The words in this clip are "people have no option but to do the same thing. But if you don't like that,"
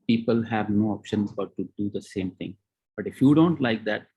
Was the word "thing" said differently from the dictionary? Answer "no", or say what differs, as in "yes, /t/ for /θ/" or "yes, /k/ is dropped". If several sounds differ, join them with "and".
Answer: yes, /t/ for /θ/